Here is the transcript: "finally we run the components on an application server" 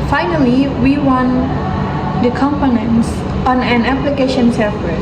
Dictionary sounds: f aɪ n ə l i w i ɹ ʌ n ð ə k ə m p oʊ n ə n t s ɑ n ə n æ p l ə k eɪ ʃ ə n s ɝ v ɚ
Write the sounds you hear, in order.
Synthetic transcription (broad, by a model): f aɪ n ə l i w i w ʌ n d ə k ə m p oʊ n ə n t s ɑ n ə n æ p l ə k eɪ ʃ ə n s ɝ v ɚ